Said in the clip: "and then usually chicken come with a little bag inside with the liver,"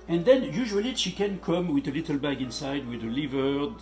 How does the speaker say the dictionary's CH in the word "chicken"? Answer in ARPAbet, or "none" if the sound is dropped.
SH